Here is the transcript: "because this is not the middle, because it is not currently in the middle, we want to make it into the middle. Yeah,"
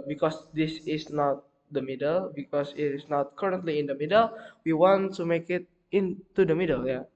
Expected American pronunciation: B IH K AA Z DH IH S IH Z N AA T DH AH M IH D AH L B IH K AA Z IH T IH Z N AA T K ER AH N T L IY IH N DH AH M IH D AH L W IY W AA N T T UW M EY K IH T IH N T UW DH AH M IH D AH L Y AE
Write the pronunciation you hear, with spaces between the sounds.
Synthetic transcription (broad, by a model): B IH K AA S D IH S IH S N AA T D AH M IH D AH L B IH K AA S IH T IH S N AA T K ER AH N T L IY IH N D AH M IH D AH L W IY W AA N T T UW M EY K IH T IH N T UW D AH M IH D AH L Y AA